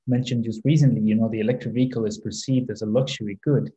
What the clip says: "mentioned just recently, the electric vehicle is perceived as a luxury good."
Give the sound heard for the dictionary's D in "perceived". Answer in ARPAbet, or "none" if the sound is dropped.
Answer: D